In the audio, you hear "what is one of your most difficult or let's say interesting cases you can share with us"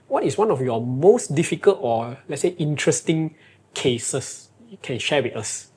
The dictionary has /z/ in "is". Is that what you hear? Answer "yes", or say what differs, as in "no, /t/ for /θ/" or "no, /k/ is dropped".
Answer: no, /s/ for /z/